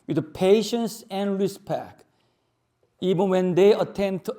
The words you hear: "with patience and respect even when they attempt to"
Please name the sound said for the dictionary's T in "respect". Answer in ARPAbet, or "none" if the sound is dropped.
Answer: none